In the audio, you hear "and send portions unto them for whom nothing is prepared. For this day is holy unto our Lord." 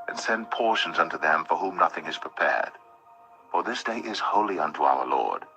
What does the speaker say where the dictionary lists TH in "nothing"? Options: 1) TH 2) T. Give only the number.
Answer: 1